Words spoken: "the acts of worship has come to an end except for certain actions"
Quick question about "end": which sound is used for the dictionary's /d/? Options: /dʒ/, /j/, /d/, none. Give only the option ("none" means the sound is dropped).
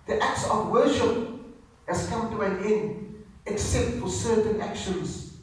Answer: none